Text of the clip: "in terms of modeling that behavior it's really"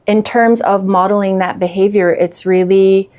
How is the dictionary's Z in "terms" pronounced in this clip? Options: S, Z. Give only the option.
Z